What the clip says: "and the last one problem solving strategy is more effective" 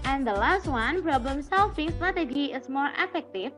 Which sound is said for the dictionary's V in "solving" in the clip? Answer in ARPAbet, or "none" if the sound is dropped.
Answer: F